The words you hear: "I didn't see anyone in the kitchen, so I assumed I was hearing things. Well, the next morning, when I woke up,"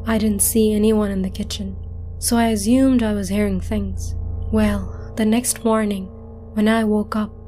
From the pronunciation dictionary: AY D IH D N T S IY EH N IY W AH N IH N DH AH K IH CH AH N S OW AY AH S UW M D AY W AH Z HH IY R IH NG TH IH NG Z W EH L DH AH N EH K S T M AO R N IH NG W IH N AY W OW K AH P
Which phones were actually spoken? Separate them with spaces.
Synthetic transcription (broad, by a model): AY D IH D N T S IY EH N IY W AH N IH N DH AH K IH CH AH N S OW AY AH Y UW M D AY W AH Z HH IY R IH NG TH IH NG Z W EH L DH AH N EH K S T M AO R N IH NG W IH N AY W OW K AH P